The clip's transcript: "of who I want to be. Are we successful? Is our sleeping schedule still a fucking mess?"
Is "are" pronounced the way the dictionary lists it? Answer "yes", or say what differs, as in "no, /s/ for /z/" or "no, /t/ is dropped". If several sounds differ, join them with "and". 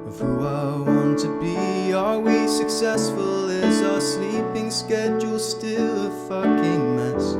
no, /l/ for /ɹ/